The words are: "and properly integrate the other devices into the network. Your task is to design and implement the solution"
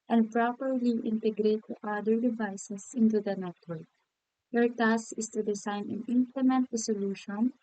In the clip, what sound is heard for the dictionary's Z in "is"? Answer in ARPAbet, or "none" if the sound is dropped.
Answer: S